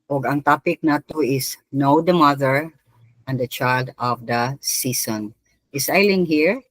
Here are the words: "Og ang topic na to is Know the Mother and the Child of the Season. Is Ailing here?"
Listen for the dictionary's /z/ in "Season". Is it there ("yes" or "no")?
no